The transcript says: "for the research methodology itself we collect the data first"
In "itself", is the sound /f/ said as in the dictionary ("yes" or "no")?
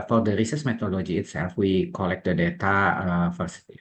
yes